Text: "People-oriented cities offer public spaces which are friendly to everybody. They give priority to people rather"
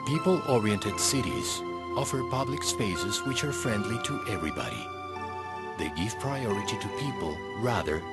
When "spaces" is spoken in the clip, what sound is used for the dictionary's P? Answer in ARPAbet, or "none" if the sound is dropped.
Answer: P